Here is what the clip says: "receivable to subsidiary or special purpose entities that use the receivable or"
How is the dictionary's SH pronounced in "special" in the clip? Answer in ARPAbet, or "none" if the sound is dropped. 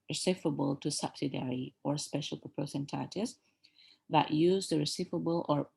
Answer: SH